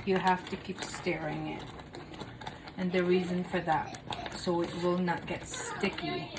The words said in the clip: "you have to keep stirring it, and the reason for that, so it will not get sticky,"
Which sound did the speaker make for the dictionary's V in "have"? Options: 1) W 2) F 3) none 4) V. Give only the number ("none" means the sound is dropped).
2